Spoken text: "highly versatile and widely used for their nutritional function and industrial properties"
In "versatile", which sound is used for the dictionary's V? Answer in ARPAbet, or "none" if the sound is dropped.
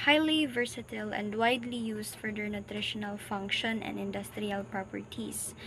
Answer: V